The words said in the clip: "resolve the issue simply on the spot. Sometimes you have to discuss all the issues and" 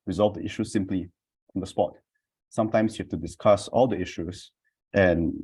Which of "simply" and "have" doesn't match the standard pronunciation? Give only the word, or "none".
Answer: have